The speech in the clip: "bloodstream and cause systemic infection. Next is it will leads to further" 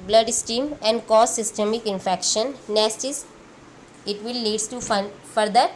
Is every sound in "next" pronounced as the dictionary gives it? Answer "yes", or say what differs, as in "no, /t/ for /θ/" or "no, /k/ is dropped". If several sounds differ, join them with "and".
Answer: no, /k/ is dropped